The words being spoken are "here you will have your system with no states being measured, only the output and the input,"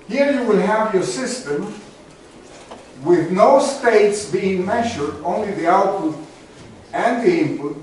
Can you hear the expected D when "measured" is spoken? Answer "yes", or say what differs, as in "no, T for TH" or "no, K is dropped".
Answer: yes